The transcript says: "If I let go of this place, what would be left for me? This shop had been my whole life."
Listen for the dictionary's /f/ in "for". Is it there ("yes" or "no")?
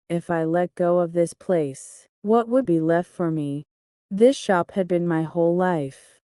yes